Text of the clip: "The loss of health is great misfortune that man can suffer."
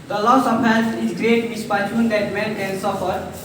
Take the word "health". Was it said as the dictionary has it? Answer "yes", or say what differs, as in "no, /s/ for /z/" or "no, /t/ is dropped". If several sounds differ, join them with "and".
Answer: no, /t/ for /θ/